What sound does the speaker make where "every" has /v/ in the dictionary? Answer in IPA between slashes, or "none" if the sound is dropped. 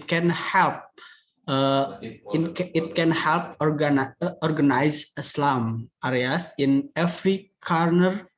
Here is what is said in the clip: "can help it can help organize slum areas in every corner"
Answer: /f/